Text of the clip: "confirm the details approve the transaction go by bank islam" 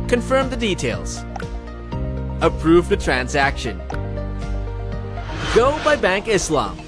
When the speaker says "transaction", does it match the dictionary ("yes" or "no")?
yes